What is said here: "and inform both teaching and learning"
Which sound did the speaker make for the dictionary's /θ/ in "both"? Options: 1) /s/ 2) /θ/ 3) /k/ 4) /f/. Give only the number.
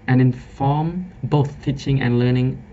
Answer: 2